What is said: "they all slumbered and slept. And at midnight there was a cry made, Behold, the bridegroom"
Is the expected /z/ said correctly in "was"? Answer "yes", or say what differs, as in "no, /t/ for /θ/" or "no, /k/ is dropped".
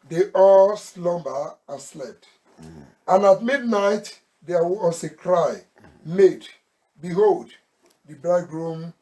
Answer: no, /s/ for /z/